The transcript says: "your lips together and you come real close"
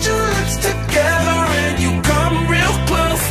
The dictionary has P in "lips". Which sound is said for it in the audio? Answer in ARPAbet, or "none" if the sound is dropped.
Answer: none